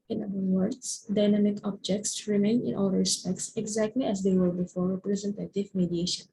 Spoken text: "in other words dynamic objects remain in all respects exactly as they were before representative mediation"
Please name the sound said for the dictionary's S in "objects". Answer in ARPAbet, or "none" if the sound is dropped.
S